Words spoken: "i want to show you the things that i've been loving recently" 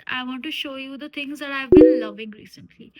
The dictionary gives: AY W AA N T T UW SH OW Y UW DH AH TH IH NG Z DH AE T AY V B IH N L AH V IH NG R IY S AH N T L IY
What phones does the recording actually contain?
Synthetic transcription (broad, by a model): AY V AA N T T UW SH OW Y UW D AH T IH NG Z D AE T AY V B IH N L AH V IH NG R IY S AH N T L IY